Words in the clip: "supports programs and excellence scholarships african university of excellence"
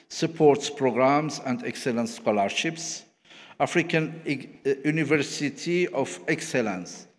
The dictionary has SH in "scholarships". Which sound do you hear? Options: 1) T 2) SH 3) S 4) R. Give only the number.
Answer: 2